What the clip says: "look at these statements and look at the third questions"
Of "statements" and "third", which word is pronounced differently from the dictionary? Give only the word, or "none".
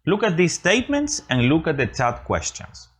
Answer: third